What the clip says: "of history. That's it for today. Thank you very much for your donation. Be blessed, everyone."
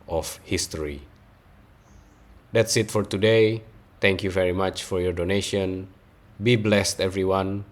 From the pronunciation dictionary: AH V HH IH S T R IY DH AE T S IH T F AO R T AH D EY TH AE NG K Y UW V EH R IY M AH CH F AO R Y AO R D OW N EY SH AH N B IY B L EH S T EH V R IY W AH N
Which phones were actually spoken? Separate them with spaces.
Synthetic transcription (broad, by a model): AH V HH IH S T R IY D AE T S IH T F AO R T AH D EY T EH NG K Y UW V EH R IY M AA CH F AO R Y AO R D OW N EY SH AH N B IY B L EH S T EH V R IY W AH N